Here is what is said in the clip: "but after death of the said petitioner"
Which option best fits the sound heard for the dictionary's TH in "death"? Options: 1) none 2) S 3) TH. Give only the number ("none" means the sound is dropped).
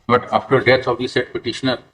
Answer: 2